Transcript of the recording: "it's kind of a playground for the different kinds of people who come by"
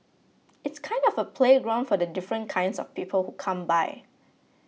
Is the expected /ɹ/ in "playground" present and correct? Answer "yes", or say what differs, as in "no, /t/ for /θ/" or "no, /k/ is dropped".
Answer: yes